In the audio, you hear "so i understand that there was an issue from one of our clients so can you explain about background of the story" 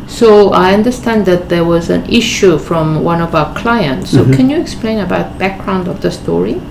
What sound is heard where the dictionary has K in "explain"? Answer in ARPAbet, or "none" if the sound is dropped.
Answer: K